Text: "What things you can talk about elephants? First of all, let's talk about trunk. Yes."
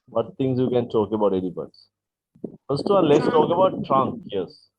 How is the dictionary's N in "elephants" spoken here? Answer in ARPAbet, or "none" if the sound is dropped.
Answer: none